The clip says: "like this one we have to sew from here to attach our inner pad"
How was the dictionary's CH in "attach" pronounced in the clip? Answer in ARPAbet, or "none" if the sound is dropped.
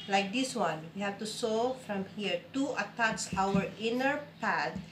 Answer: S